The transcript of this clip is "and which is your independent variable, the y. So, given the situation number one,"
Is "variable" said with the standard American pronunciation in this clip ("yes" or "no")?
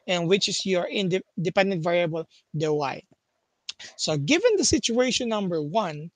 yes